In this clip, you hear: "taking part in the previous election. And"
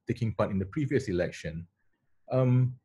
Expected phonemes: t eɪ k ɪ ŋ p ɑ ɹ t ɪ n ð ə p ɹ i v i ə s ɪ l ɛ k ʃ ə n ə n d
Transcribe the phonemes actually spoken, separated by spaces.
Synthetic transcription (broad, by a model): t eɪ k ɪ ŋ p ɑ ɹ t ɪ n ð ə p ɹ i v i ə s ɪ l ɛ k ʃ ə n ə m